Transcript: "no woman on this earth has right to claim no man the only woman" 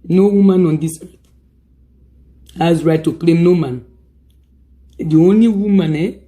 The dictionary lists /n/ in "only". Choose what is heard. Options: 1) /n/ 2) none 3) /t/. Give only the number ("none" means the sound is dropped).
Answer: 1